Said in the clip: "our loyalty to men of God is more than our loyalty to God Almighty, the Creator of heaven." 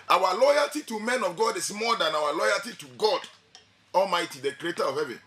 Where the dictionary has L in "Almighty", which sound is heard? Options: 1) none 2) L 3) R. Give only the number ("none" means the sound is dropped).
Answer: 2